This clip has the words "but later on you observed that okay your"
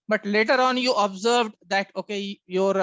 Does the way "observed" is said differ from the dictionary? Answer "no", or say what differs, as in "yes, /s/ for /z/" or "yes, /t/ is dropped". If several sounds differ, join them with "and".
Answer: no